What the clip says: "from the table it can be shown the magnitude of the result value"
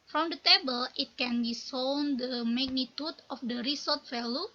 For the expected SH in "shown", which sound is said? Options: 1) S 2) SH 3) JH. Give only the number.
1